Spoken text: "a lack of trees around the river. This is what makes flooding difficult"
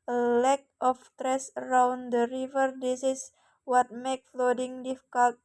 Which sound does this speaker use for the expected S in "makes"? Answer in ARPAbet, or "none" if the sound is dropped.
none